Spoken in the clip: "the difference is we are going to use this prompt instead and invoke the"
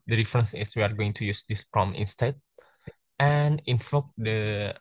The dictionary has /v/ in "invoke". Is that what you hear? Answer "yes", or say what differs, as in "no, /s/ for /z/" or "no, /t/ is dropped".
no, /f/ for /v/